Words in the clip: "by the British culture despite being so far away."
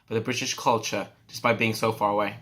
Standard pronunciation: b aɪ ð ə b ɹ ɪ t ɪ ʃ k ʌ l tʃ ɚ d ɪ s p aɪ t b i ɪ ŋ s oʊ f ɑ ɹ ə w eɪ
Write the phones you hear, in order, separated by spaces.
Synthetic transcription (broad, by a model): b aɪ ð ə b ɹ ɪ t ɪ ʃ k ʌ l tʃ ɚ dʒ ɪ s b aɪ b i ɪ ŋ s oʊ f ɑ ɹ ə w eɪ